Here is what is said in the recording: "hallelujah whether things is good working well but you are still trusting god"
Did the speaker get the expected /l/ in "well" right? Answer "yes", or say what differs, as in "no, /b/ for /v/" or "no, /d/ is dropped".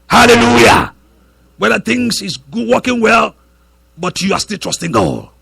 yes